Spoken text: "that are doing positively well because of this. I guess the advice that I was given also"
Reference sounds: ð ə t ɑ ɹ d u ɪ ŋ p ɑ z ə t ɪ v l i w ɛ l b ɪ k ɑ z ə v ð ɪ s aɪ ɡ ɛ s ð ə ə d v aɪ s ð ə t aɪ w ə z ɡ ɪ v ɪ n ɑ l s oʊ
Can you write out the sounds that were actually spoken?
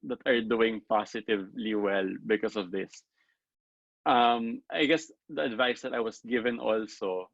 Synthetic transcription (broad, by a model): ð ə t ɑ ɹ d u ɪ ŋ p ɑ s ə t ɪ v l i w ɛ l b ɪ k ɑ s ə v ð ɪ s aɪ ɡ ɛ s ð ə ə d v aɪ s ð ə t aɪ w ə s ɡ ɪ v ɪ n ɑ l s oʊ